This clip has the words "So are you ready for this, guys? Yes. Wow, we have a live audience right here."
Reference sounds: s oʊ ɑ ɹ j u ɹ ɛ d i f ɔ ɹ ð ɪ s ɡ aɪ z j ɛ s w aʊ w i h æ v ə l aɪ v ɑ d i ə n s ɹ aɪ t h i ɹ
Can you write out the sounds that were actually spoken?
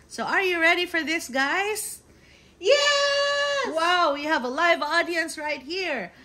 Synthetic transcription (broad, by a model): s oʊ ɑ ɹ j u ɹ ɛ d i f ɔ ɹ ð ɪ s ɡ aɪ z j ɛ w aʊ w i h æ v ə l aɪ v ɑ d i ə n s ɹ aɪ t h i ɹ